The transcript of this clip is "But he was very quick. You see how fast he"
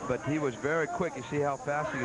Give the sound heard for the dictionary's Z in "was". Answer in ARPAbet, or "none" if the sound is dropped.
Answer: Z